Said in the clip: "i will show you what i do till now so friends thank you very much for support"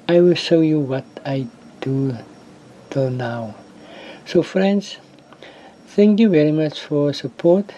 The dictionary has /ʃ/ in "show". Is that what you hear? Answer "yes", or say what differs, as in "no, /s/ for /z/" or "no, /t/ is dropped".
yes